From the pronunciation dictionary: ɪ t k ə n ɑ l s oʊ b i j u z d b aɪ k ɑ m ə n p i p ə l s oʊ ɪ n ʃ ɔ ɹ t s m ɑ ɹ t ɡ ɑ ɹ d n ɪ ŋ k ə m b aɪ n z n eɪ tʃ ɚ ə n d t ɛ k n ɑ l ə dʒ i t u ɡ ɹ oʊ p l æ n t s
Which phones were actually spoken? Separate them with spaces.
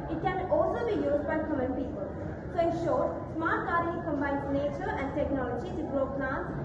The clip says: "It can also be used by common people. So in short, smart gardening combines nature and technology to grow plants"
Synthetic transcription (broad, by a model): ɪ t k ə n ɑ l s oʊ b i j u z d b aɪ k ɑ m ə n p i p ə l s oʊ ɪ n ʃ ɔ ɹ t s m ɑ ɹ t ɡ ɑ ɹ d ɪ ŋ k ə m b aɪ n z n eɪ tʃ ɚ ə n d t ɛ k n ɑ l ə dʒ i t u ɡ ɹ oʊ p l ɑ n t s